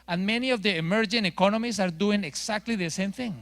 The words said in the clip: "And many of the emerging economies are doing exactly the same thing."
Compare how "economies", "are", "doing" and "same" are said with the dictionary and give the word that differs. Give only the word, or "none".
economies